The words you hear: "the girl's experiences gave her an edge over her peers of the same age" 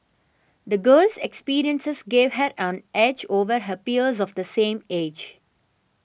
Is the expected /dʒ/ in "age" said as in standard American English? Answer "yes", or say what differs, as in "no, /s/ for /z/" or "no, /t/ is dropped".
yes